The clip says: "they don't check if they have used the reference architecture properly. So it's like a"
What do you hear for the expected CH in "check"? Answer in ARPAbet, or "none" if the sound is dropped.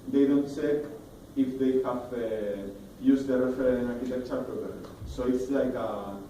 S